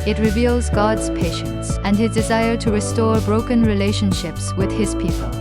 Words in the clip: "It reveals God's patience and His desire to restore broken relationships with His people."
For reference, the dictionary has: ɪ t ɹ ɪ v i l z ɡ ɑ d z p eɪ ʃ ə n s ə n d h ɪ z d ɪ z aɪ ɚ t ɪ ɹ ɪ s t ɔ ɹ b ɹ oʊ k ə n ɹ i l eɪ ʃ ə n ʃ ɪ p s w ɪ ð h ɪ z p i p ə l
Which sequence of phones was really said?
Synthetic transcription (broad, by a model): ɪ t ɹ ɪ v i l z ɡ ɑ d z p eɪ ʃ ə n s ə n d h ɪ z d ɪ z aɪ ɚ t ɪ ɹ ɪ s t ɔ ɹ b ɹ oʊ k ə n ɹ i l eɪ ʃ ə n ʃ ɪ p s w ɪ ð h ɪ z p i p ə l